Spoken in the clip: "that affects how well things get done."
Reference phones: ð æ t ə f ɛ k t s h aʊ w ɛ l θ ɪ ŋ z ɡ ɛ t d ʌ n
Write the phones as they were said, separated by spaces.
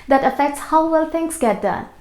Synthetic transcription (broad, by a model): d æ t ə f ɛ k t s h aʊ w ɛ l t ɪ ŋ s ɡ ɛ t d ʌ n